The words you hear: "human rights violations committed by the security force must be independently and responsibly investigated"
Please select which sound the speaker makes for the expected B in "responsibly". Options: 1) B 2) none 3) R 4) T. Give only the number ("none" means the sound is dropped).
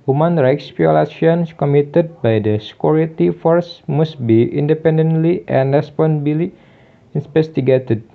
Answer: 2